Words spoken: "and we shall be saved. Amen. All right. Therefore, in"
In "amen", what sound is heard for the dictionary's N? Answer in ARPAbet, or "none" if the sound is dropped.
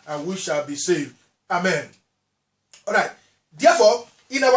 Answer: N